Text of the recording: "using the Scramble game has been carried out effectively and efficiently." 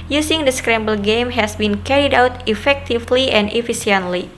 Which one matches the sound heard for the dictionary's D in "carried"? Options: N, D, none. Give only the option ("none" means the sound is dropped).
D